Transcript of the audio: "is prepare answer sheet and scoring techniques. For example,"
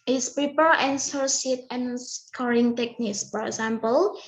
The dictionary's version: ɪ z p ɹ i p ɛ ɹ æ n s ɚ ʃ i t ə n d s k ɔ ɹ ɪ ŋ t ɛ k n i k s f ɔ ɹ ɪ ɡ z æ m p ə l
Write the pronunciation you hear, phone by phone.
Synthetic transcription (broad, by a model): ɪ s p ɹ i p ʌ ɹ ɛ n s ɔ s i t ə n s k ɔ ɹ ɪ ŋ t ɛ k n i k s f ɔ ɹ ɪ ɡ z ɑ m p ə l